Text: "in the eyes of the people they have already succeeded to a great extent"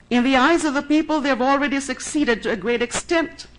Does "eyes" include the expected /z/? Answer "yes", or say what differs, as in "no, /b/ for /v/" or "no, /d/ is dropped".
yes